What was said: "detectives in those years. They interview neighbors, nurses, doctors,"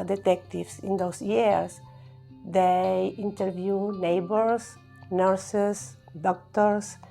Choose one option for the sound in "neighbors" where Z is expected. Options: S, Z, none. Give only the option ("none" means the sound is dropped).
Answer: S